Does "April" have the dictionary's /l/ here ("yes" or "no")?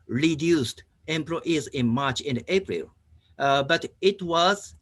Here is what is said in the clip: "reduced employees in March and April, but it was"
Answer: yes